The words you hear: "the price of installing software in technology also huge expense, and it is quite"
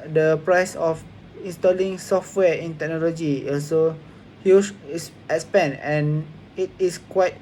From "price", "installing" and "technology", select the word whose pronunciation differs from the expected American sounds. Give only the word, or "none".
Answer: none